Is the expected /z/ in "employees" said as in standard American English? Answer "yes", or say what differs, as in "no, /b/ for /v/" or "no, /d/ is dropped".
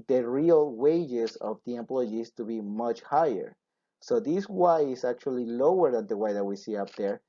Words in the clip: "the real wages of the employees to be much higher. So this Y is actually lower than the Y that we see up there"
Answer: no, /s/ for /z/